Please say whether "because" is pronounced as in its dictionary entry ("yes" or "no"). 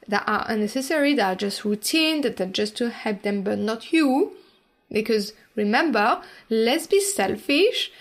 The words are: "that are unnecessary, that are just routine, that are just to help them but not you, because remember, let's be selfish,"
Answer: yes